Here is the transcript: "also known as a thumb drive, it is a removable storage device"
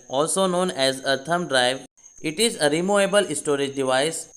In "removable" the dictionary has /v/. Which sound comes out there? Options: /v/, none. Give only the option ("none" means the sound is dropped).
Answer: none